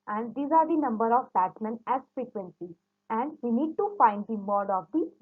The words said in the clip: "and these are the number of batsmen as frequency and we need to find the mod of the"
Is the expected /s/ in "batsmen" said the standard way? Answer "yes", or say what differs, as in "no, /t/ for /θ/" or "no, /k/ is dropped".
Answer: no, /s/ is dropped